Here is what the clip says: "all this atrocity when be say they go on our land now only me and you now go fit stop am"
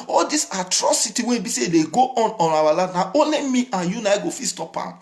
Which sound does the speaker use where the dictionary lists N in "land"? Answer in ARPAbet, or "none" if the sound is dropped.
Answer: none